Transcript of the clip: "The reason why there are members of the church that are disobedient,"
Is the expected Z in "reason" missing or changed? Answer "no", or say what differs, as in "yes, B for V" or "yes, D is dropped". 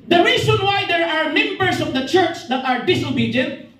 yes, S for Z